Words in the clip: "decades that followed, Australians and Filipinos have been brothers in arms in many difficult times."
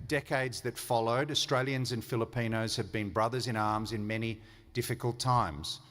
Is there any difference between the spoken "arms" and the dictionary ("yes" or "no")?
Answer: no